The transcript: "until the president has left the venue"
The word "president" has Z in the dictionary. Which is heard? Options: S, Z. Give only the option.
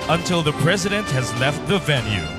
Z